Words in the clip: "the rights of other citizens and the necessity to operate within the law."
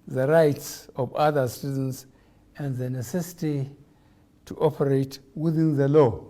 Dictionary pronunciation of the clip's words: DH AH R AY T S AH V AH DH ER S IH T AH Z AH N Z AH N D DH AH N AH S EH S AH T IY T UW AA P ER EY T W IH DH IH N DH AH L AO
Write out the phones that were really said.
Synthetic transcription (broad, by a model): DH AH R AY T S AH V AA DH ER S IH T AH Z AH N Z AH N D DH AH N AH S EH S AH T IY T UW AA P ER EY T W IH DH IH N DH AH L AO